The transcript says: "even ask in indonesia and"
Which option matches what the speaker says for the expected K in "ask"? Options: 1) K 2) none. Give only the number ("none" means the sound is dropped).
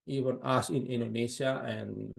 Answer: 2